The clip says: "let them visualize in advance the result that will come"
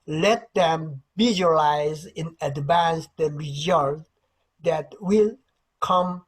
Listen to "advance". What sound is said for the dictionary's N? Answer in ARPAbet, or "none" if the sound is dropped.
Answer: N